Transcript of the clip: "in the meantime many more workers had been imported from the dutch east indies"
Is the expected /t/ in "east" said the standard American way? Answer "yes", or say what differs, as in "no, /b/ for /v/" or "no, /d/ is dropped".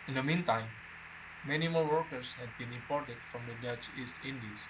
yes